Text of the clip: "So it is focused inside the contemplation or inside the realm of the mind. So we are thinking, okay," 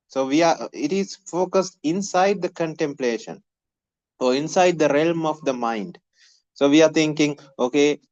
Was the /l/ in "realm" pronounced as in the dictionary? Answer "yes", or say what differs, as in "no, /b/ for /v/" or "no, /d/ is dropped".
yes